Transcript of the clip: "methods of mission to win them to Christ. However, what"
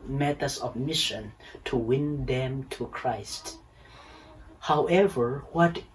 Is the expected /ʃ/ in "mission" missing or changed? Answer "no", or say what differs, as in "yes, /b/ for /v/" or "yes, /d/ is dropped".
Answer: no